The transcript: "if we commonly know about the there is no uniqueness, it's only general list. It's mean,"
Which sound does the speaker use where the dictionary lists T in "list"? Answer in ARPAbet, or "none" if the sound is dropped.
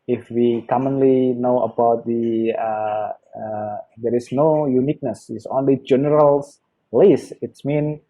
none